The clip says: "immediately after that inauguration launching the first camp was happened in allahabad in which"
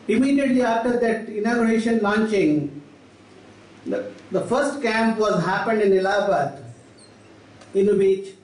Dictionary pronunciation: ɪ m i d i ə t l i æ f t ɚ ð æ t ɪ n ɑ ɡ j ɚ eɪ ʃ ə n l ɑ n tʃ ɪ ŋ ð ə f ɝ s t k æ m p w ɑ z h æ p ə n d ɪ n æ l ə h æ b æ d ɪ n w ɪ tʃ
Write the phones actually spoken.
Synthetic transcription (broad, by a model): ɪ m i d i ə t l i æ f t ɚ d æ t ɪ n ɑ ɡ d eɪ ʃ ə n l ɑ n tʃ ɪ ŋ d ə f ɝ s t k æ m p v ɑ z h æ p ə n d ɪ n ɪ l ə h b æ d ɪ n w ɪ tʃ